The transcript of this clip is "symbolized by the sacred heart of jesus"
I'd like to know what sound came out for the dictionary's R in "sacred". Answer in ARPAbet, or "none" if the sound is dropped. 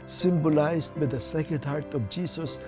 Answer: none